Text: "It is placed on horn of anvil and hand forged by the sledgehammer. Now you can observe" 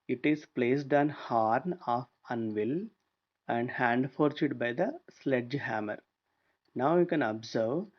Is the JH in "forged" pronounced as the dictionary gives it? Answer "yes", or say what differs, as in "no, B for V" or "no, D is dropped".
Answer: no, CH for JH